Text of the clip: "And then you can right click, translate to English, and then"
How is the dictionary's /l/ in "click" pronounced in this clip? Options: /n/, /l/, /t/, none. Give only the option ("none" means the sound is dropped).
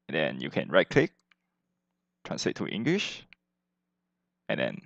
/l/